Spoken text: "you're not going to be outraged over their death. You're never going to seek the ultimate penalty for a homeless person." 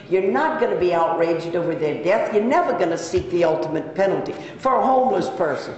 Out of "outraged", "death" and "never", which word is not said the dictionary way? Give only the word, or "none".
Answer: none